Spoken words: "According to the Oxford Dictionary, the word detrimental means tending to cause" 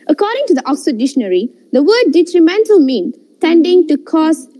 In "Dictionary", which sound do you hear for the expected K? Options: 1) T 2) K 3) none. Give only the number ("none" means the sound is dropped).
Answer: 3